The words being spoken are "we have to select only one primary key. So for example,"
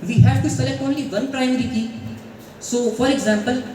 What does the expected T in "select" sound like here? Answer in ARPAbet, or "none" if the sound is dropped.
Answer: none